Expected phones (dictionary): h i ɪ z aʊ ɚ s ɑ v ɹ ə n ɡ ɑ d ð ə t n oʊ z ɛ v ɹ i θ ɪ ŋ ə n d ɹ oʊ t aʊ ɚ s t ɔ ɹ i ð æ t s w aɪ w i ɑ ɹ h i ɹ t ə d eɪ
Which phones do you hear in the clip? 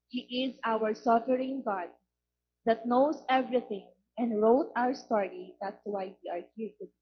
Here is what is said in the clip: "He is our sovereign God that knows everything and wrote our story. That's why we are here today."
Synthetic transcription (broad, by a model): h i ɪ z aʊ ɚ s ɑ f ɹ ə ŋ ɡ ɑ d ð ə t n oʊ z ɛ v ɹ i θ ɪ ŋ ə n d ɹ oʊ t aʊ ɚ s t ɔ ɹ i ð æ t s w aɪ w i ɑ ɹ h i ɹ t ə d